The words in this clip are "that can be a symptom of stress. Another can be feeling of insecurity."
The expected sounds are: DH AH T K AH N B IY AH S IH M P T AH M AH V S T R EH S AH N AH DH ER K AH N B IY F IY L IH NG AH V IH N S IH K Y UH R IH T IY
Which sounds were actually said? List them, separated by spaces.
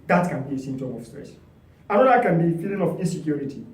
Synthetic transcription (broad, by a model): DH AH T K AH N B IY AH S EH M T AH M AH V S T R EH S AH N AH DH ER K AH N B IY F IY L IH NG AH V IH N S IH K Y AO R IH T IY